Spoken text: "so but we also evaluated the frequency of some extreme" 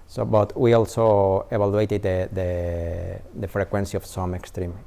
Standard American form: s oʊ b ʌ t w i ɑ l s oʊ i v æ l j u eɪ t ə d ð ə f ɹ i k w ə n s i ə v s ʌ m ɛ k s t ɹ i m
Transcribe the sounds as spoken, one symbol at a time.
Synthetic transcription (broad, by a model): s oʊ b ʌ t w i ɑ l s oʊ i b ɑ l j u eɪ t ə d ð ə f ɹ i k w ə n s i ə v s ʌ m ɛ k s t ɹ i m